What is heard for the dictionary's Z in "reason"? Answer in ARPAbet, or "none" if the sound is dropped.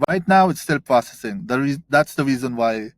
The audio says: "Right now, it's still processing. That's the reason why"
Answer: Z